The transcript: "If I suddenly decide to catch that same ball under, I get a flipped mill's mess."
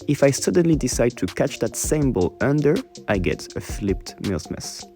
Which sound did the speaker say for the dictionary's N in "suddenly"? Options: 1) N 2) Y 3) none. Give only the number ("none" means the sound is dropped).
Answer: 1